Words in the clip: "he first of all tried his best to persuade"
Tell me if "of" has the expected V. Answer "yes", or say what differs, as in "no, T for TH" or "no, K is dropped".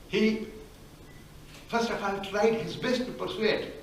no, F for V